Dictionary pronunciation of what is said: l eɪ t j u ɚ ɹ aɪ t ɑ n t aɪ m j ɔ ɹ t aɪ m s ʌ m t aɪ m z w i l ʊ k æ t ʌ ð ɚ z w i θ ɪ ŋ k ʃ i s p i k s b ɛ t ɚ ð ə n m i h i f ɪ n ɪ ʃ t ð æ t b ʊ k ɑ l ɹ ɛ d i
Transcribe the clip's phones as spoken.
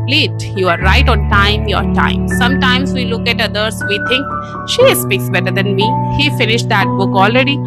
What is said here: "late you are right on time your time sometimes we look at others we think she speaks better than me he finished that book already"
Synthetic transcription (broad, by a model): l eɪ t j u ɚ ɹ aɪ t ɑ n t aɪ m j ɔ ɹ t aɪ m s ʌ m t aɪ m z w i l ʊ k æ t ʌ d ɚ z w i t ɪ ŋ k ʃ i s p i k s b ɛ t ɚ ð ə n m i h i f ɪ n ɪ ʃ t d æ t b ʊ k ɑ l ɹ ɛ d i